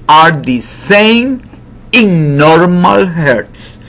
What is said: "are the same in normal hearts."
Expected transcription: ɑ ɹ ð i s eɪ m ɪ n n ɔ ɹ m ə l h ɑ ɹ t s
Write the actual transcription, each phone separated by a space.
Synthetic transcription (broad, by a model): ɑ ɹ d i s eɪ m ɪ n n ɔ ɹ m ə l h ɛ ɹ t s